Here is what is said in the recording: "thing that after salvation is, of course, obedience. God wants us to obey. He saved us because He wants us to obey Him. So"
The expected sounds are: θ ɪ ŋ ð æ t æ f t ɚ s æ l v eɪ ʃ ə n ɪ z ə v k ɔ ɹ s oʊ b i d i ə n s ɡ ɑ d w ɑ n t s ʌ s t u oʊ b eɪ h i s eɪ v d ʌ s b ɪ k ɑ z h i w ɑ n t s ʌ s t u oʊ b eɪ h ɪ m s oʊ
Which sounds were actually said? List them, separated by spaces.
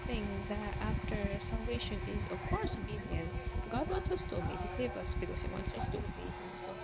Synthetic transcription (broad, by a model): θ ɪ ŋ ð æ t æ f t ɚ s æ l v eɪ ʃ ə n ɪ z ə v k ɔ ɹ s oʊ b i d i ə n s ɡ ɑ d w ɑ n t s ʌ s t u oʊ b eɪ h i s eɪ v ʌ s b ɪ k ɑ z h i w ɑ n t s ʌ s t u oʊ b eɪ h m s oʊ